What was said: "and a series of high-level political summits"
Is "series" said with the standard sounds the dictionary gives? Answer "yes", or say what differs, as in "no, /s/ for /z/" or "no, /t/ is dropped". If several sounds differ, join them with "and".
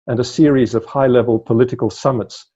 yes